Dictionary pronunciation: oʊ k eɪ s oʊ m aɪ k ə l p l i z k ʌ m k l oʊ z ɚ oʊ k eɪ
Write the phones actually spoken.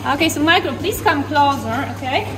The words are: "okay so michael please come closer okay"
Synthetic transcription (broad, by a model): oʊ k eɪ s oʊ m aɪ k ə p l i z k ʌ m k l oʊ z ɚ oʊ k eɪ